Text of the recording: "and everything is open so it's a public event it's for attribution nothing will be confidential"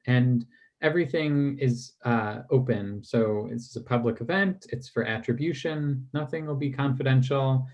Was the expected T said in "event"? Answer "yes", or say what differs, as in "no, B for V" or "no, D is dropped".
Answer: yes